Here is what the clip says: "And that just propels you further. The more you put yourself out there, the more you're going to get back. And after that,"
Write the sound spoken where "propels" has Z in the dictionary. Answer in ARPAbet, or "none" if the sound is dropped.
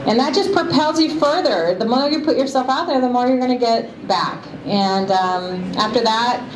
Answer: Z